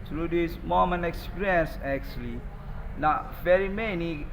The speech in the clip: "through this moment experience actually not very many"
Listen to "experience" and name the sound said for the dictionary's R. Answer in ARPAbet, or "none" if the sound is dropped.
none